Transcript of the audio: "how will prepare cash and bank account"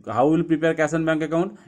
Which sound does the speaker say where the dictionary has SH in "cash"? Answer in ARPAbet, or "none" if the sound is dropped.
S